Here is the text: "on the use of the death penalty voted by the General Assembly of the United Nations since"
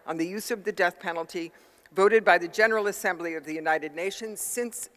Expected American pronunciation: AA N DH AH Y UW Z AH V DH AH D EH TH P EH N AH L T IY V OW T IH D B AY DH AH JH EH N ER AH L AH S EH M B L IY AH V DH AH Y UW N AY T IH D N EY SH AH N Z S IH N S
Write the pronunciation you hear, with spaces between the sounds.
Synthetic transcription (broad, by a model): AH N DH AH Y UW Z AH V DH AH D EH TH P EH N L T IY V OW T IH D B AY DH AH JH EH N ER L AH S EH M B L IY AH V DH AH Y UW N AY T IH D N EY SH AH N Z S IH N S